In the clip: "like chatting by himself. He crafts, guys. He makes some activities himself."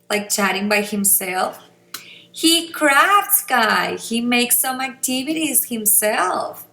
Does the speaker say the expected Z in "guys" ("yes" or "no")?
no